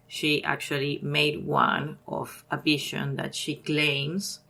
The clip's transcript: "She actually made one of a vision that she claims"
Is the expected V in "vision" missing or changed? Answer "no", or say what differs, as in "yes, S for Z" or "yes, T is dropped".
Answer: yes, B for V